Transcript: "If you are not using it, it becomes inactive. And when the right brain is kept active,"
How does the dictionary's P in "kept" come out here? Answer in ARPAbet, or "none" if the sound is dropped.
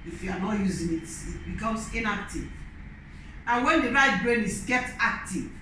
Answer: none